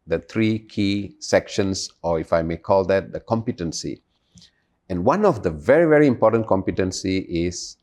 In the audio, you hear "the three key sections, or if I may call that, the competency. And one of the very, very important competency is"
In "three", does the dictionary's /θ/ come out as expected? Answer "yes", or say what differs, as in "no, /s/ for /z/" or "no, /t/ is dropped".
no, /t/ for /θ/